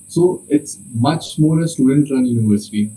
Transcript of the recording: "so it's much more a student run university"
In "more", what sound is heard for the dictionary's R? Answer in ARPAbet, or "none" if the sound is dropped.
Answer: L